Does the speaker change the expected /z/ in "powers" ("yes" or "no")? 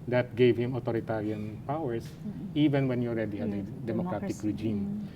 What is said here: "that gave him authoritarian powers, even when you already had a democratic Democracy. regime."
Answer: yes